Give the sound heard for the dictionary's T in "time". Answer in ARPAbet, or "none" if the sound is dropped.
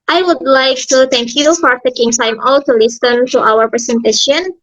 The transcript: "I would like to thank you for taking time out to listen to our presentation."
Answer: S